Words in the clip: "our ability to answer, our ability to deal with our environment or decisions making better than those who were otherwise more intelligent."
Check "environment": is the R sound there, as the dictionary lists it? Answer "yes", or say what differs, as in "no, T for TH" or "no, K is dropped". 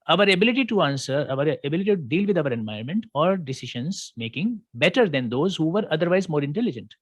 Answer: no, R is dropped